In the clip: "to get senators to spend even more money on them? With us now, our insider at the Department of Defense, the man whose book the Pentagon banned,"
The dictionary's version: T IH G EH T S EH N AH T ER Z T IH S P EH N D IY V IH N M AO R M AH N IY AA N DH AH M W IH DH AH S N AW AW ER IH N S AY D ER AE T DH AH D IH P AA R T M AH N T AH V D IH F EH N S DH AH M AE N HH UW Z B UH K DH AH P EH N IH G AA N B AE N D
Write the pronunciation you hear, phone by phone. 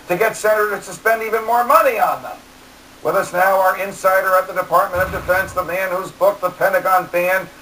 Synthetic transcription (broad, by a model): T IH G EH T S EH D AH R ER T IH S P EH N D IY V IH N M AO R M AH N IY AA N DH AH M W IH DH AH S N AW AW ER IH N S AY D ER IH T DH AH D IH P AA R T M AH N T AH V D IH F EH N S DH AH M AE N HH UW Z B UH K DH AH P EH N IH G AA N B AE N